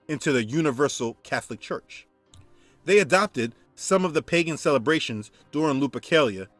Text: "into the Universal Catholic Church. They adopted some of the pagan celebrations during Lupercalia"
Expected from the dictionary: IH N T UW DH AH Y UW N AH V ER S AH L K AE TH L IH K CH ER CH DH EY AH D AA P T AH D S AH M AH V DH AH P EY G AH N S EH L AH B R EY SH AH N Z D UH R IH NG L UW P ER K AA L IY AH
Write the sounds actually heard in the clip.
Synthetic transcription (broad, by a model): IH N T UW DH AH Y UW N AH V ER S L K AE TH L IH K CH ER CH DH EY AH D AA P T AH D S AH M AH V DH AH P EY G AH N S EH L AH B R EY SH AH N Z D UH R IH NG L UW P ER K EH L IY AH